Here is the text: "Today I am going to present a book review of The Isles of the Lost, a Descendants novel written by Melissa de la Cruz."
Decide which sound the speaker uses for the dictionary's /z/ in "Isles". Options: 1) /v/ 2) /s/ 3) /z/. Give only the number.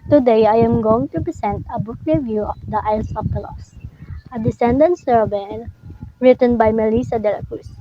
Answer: 2